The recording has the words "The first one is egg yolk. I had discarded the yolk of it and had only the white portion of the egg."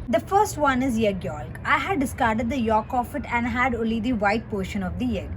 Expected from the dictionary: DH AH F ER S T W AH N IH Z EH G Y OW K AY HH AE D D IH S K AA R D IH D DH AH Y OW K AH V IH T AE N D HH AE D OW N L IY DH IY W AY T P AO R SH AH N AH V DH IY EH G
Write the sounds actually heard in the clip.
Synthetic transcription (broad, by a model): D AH F ER S T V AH N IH Z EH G Y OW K AY HH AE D D IH S K AA R D IH D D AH Y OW K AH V IH T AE N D HH AE D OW L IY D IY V AY T P AO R SH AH N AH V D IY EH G